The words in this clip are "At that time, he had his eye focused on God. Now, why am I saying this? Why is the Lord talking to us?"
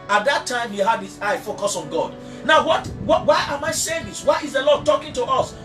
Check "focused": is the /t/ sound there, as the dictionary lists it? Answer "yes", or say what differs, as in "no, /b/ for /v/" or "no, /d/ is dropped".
no, /t/ is dropped